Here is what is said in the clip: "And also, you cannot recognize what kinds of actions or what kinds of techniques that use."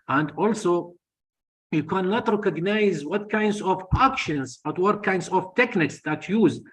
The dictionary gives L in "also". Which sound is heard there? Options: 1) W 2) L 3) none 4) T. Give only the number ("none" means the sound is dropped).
2